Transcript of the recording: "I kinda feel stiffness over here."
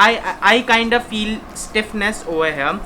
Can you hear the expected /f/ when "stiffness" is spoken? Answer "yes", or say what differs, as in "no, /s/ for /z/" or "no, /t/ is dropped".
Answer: yes